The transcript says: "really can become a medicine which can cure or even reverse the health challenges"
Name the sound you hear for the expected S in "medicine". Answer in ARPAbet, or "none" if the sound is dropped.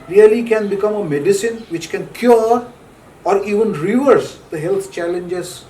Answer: S